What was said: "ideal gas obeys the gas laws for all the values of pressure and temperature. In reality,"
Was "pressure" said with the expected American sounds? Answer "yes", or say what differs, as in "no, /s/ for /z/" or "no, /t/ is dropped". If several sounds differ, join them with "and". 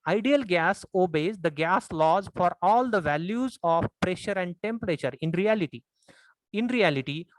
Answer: yes